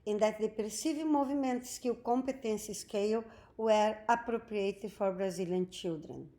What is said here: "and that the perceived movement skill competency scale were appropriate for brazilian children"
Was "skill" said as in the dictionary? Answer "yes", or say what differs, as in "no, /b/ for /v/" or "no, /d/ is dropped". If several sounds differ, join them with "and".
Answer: no, /w/ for /l/